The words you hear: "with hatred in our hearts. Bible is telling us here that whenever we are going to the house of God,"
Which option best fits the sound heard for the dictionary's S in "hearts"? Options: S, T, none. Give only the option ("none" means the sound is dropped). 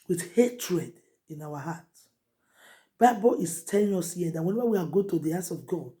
none